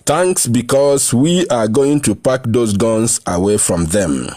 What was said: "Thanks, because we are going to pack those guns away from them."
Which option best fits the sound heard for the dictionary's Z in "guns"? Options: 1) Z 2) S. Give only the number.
2